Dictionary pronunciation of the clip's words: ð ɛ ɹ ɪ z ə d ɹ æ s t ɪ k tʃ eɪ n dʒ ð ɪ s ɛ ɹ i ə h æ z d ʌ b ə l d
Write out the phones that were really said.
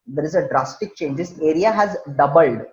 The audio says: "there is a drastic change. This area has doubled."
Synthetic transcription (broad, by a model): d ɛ ɹ ɪ z ə d ɹ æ s t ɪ k tʃ eɪ n dʒ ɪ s ɛ ɹ i ə h æ z d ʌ b ə l d